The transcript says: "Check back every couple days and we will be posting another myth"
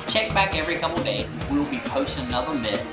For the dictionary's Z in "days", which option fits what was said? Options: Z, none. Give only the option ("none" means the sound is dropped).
none